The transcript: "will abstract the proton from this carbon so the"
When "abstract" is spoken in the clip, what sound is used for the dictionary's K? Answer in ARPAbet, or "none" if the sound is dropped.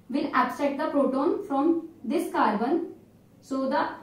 none